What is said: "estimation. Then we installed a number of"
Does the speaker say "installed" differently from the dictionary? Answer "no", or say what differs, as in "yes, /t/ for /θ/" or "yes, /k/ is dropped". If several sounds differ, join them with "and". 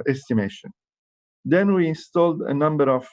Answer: no